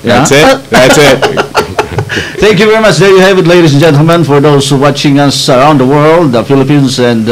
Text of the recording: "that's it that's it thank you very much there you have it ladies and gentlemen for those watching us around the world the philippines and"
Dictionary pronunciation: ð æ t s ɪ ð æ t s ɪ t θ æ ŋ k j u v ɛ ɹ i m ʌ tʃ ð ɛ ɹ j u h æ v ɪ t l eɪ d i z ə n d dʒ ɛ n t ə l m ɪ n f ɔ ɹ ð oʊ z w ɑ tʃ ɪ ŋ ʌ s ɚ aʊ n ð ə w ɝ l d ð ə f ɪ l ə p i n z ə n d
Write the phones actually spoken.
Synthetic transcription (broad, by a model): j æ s ɪ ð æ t s ɪ t θ æ ŋ k j u v ɛ ɹ i m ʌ tʃ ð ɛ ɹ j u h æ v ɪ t l eɪ d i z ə n dʒ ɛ n t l m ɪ n f ɔ ɹ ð oʊ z w ɑ tʃ ɪ ŋ ʌ s ɚ aʊ n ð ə w ɝ l d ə f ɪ l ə p i n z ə n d